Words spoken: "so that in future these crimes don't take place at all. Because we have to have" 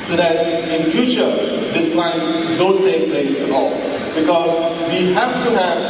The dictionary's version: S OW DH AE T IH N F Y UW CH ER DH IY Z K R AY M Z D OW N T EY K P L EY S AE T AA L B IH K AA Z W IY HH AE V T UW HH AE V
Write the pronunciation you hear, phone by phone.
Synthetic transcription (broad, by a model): S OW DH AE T IH N F Y UW CH ER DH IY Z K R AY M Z D OW N T EY K P L EY S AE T AA L B IH K AA Z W IY HH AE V T UW HH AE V